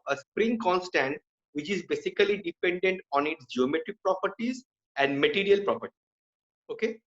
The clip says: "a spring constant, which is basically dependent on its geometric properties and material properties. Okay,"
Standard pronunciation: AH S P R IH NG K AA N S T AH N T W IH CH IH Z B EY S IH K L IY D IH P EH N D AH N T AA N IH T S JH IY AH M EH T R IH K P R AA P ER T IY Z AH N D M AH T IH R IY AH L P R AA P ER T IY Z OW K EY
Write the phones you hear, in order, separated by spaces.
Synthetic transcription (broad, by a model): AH S P R IH NG K AA N S T AH N T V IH CH IH Z B EY S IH K L IY D IH P EH N D AH N T AA N IH T S JH IY AH M EH T R IH K P R AA P ER T IY Z AH N D M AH T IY R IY AH L P R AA P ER T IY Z OW K EY